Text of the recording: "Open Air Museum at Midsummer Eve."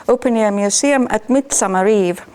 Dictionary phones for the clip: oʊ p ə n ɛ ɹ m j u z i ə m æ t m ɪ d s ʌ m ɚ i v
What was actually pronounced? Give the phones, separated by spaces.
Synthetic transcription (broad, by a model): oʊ p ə n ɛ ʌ m j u s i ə m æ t m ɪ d s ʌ m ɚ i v